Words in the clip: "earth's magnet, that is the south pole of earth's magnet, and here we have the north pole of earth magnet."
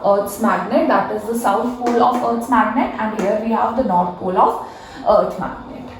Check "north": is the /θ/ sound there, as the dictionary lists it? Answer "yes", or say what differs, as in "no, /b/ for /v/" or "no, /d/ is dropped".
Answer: no, /t/ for /θ/